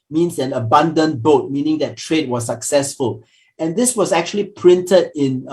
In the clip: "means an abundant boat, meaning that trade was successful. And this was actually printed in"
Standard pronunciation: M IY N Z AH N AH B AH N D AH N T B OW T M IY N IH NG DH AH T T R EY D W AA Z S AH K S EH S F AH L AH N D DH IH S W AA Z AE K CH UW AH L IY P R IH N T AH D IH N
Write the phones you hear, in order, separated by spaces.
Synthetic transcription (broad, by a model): M IY N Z AH N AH B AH N D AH N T B OW T M IY N IH NG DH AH T T R EY D W AA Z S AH K S EH S F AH L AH N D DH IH S W AA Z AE K CH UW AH L IY P R IH N T AH D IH N